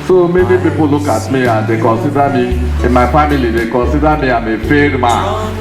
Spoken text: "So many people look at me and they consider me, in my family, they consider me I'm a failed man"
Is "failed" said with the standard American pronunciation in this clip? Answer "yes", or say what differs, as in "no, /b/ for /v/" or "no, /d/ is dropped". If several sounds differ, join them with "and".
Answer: no, /l/ is dropped